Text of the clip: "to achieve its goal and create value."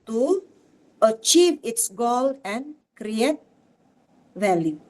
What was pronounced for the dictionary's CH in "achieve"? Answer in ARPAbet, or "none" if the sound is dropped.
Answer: CH